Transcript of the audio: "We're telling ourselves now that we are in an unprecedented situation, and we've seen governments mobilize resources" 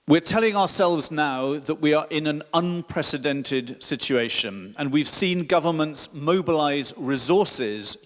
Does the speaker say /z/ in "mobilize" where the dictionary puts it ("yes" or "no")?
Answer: yes